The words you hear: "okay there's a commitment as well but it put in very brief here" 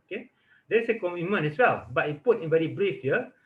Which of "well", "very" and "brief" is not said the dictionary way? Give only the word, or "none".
very